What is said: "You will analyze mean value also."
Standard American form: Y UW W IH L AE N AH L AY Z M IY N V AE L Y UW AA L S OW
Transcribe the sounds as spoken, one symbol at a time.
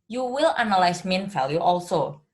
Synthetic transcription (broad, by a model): Y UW W IH L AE N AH L AY S M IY N F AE L Y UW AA L S OW